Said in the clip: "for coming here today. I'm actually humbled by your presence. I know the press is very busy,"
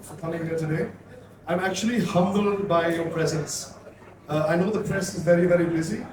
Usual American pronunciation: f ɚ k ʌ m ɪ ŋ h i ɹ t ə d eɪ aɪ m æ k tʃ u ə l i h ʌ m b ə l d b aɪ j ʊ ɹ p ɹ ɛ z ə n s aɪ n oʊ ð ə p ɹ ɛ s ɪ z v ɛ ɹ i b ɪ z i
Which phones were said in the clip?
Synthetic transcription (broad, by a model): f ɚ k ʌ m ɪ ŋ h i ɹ t ə d eɪ aɪ m æ k tʃ u ə l i h ʌ m b ə l d b aɪ j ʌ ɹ p ɹ ɛ z ə n s aɪ n oʊ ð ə p ɹ ɛ s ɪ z v ɛ ɹ i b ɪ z i